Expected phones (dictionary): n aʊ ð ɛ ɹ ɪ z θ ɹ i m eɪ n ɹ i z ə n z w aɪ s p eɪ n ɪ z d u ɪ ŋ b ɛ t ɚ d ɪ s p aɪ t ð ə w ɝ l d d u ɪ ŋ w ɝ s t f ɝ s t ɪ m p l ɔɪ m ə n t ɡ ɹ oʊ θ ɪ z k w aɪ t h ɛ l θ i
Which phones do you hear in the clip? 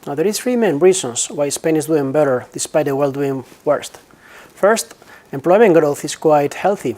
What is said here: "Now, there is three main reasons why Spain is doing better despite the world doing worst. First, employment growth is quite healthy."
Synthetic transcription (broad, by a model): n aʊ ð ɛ ɹ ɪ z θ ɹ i m eɪ n ɹ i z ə n s w aɪ s p eɪ n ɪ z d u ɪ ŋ b ɛ t ɚ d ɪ s p aɪ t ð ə w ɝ l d d u ɪ ŋ w ɝ s t f ɝ s t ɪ m p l ɔɪ m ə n ɡ ɹ oʊ θ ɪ s k w aɪ t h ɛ l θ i